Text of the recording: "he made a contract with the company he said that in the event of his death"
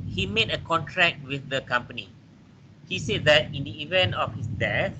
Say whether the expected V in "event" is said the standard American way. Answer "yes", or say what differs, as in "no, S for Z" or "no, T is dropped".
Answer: yes